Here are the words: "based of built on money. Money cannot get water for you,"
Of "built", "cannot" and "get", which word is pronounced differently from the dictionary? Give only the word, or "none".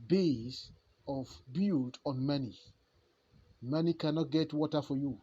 built